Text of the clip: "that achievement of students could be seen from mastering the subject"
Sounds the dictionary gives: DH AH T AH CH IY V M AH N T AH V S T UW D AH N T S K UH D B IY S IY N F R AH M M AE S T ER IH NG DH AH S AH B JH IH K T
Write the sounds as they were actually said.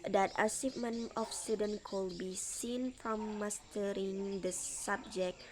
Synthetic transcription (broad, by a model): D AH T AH S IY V M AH N AH F S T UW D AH N K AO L B IY S IY N F R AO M M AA S T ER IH NG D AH S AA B JH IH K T